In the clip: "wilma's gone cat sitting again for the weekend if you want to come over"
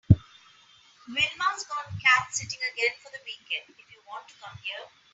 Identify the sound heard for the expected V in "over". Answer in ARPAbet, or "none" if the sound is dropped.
none